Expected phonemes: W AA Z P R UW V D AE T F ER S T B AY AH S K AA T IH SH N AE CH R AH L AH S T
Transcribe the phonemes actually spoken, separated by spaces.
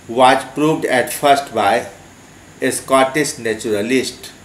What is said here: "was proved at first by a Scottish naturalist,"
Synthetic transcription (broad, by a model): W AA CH P R UW V D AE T F ER S T B AY AH S K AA T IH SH N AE CH R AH L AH S T